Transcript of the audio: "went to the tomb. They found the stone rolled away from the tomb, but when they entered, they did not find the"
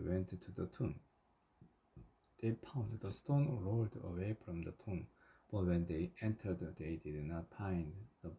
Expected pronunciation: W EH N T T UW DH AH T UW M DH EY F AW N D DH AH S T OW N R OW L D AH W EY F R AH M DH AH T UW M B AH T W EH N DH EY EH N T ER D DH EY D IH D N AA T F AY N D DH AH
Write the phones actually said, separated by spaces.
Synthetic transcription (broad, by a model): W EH N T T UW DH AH T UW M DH EY P AW N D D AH S T OW N R OW L D AH W EY F R AH M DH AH T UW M B AH T W EH N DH EY EH N T ER D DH EY D IH D N AA T P AY N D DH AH